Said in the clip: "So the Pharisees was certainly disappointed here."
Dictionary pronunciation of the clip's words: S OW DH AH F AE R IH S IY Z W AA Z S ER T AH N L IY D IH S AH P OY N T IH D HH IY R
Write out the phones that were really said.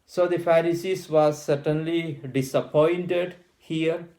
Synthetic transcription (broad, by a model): S OW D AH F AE R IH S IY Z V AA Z S ER T AH N L IY D IH S AH P OY N T IH D HH IY R